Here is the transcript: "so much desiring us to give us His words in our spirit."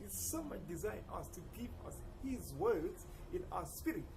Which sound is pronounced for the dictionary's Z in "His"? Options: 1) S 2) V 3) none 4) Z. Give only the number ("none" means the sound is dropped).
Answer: 4